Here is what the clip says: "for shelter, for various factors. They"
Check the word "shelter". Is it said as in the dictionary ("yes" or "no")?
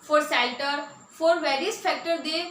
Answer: no